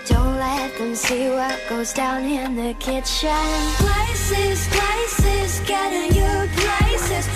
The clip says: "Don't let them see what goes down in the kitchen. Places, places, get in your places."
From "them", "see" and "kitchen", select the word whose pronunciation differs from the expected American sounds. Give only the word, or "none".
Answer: kitchen